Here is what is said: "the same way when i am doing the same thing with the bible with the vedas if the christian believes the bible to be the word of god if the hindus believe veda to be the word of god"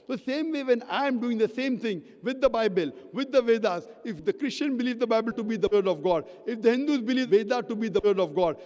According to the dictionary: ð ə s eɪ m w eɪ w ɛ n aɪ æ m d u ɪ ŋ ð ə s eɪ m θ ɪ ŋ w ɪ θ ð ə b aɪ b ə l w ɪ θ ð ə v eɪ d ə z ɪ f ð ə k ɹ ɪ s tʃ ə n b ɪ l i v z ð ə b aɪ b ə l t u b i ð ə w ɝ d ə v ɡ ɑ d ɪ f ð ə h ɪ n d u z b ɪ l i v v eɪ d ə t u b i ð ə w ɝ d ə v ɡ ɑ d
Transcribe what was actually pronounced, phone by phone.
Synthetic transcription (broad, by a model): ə s eɪ m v eɪ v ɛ n aɪ m d u ɪ ŋ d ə s eɪ m t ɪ ŋ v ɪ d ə b aɪ b ə l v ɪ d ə v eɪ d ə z ɪ f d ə k ɹ ɪ s tʃ ə n b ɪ l i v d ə b aɪ b ə l t u b i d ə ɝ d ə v ɡ ɑ d ɪ f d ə h ɪ n d u z b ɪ l i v v eɪ d ə t u b i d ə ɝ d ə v ɡ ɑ d